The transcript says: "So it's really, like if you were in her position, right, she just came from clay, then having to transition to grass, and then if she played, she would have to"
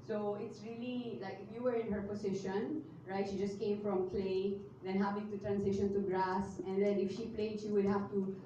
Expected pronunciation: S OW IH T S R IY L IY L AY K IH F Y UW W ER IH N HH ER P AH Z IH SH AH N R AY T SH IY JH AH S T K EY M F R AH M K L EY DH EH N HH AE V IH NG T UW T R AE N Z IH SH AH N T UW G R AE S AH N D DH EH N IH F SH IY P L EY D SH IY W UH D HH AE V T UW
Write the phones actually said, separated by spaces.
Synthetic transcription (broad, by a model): S OW IH T S R IY L IY L AY K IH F Y UW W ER IH N HH ER P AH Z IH SH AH N R AY T SH IY JH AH S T K EY M F R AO M K L EY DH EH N HH AE V IH NG T UW T R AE N S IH SH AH N T UW G R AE S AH N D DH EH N IH F SH IY P L EY D SH IY W UH D HH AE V T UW